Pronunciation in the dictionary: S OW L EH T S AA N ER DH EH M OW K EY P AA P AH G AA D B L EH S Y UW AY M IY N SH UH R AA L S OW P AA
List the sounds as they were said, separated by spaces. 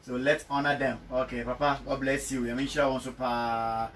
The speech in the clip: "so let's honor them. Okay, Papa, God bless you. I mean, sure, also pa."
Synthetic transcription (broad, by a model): S OW L EH T S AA N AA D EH M OW K EY P AA P AH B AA B L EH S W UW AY M IY N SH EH W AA N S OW P AA